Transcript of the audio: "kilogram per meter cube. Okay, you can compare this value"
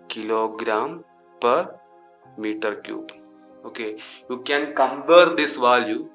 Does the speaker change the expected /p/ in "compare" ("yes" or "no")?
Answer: yes